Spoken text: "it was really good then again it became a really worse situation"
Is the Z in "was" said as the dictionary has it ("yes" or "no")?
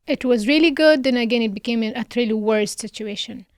yes